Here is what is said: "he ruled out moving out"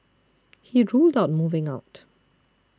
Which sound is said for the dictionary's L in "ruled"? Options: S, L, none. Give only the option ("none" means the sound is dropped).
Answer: L